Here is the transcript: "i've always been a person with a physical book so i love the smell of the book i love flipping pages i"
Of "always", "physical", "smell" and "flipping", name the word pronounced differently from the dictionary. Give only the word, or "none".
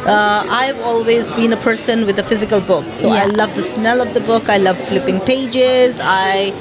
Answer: none